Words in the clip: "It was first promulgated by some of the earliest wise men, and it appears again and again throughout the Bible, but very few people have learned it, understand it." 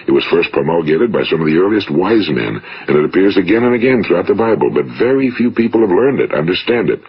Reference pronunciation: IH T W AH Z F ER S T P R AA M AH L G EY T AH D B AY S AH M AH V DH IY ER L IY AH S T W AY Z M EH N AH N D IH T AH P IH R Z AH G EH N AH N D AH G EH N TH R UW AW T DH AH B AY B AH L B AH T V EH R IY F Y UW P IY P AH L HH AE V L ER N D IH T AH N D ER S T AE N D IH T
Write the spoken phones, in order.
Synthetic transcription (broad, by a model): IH T W AH Z F ER S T P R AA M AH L G EY T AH D B AY S AH M AH V DH IY ER L IY AH S T W AY Z M EH N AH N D IH T AH P IH R Z AH G EH N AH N AH G EH N TH R UW AW T DH AH B AY B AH L B AH T V EH R IY F Y UW P IY P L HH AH V L ER N D IH T AH N D ER S T AE N D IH T